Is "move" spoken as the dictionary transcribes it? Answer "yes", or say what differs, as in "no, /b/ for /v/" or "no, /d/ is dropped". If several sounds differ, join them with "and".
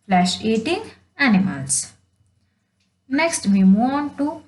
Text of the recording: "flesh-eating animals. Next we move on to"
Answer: no, /v/ is dropped